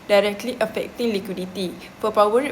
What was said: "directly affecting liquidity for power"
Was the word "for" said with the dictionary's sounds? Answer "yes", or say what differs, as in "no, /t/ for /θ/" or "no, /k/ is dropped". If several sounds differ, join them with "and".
no, /p/ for /f/